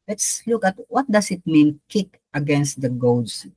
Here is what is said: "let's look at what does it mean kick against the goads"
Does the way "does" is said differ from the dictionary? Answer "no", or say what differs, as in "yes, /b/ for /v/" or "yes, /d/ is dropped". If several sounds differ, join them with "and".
yes, /s/ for /z/